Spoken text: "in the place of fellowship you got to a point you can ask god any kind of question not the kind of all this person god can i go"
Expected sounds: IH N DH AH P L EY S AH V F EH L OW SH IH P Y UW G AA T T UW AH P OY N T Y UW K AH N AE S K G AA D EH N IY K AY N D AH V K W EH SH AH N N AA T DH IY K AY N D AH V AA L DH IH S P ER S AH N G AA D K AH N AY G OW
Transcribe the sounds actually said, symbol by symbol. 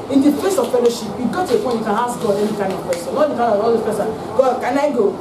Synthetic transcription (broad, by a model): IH N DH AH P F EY S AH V F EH L OW SH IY P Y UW G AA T T UW AH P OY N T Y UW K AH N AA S G AA D EH N IY K AY N D AH V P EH S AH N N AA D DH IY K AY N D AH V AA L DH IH P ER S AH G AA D K AH N AY G OW